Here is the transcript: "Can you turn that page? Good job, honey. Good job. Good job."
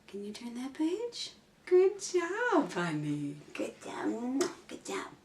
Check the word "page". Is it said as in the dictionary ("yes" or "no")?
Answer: yes